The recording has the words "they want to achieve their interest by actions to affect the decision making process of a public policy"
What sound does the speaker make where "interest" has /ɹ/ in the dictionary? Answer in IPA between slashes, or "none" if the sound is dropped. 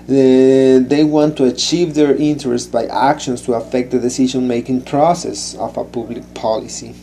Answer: /ɹ/